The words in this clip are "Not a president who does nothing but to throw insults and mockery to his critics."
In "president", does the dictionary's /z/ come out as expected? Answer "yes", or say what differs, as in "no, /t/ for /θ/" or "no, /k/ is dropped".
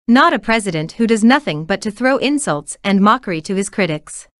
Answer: yes